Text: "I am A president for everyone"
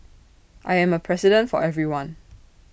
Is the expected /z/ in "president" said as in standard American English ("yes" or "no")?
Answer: no